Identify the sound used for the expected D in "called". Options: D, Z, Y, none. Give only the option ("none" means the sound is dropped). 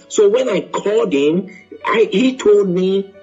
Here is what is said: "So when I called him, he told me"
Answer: D